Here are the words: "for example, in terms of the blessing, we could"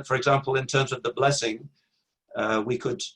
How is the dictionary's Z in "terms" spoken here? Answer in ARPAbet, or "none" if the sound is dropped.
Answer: Z